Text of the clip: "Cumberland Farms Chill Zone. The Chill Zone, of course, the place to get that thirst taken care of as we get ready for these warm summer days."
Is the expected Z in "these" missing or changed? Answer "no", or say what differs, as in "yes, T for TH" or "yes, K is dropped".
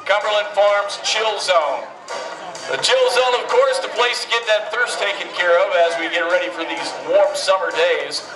no